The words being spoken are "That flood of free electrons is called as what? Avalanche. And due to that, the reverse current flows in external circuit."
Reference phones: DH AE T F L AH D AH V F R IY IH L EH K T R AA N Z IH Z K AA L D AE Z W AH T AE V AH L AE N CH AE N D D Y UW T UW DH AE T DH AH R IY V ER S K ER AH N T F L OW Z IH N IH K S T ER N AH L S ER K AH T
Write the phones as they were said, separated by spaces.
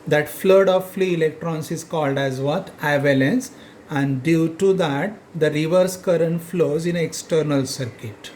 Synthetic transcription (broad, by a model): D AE T F L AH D AH V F L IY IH L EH K T R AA N S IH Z K AA L D AE Z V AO T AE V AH L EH N S AE N D D Y UW T UW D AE T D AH R IY V ER S K ER AH N T F L OW Z IH N IH K S T ER N AH L S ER K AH T